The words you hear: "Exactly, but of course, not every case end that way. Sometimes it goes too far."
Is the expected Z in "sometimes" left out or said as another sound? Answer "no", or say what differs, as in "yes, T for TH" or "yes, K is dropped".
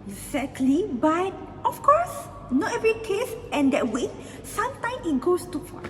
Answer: yes, Z is dropped